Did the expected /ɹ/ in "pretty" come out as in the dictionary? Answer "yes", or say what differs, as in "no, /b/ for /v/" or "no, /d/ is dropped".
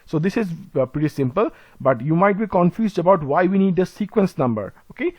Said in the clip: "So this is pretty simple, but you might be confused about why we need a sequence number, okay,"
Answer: yes